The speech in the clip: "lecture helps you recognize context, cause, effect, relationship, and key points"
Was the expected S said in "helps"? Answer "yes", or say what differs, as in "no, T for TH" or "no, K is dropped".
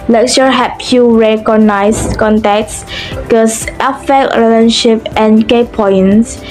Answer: no, S is dropped